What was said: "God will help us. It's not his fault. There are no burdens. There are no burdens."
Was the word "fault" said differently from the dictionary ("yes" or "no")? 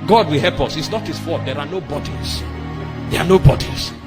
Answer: yes